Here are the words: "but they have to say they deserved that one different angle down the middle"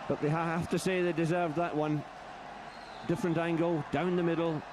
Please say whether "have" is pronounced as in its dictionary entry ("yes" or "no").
no